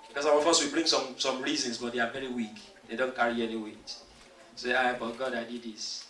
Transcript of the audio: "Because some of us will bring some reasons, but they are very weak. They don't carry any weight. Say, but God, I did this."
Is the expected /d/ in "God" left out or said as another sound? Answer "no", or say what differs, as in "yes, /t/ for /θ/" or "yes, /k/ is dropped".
no